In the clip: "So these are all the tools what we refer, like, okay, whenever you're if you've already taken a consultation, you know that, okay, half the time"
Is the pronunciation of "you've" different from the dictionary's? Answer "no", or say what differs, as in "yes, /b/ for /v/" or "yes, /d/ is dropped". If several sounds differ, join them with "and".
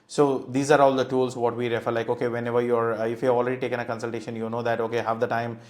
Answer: yes, /v/ is dropped